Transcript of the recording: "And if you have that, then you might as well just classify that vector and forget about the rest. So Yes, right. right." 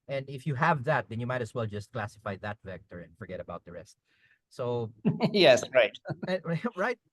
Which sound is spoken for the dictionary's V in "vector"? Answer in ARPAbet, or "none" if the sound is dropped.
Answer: V